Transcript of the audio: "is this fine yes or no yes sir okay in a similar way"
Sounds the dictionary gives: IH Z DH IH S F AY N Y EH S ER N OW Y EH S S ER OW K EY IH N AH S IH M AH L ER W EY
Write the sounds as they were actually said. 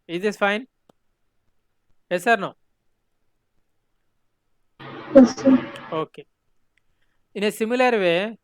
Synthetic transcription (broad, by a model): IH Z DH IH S F AY N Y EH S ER N OW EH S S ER OW K EY IH N AH S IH M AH L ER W EY